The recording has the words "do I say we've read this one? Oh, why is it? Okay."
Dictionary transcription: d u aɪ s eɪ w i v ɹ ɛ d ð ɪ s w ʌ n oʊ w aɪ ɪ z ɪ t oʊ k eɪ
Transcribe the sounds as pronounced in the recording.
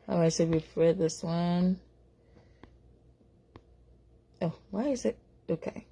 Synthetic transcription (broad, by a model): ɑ aɪ s eɪ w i f ɹ ɛ d ð ɪ s w ʌ n oʊ w aɪ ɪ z ɪ t oʊ k eɪ